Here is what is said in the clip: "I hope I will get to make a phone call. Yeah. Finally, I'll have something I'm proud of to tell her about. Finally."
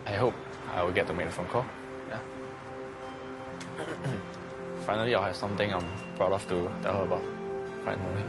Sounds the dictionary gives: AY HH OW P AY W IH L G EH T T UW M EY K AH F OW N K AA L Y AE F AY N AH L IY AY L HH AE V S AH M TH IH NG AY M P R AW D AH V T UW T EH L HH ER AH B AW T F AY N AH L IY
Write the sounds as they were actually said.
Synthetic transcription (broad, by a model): AY HH OW P AY W IH L G EH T T UW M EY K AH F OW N K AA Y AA F AY N AH L IY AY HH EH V S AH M T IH NG AY M B R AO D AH F T UW T EH L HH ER AH B AW T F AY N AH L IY